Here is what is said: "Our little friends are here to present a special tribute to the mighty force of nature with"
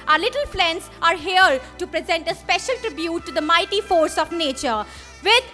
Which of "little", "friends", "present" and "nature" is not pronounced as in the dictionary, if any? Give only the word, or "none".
friends